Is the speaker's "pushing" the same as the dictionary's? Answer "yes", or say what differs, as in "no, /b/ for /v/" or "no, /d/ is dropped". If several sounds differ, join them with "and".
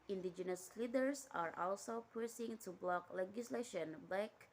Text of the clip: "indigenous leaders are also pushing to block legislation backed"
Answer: no, /s/ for /ʃ/